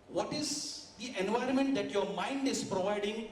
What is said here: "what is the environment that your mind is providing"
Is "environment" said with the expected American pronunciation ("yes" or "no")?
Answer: yes